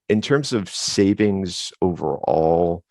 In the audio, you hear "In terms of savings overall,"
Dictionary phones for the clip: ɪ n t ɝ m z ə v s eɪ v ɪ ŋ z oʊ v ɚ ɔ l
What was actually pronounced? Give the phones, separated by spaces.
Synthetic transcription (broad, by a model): ɪ n t ɝ m z ə v s eɪ v ɪ ŋ z oʊ v ɚ ɔ l